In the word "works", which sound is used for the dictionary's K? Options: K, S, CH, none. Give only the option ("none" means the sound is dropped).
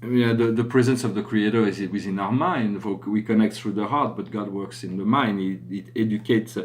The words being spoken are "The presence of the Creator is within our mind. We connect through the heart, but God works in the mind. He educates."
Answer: K